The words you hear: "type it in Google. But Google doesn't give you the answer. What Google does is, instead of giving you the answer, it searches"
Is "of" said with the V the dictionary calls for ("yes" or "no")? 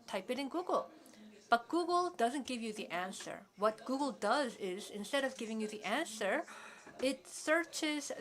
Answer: yes